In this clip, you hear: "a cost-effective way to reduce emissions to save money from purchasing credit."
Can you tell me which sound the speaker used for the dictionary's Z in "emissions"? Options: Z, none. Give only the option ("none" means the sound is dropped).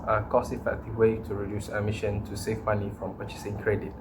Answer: none